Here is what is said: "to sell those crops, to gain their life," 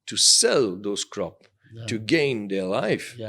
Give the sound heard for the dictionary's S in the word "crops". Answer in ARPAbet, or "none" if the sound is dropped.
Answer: none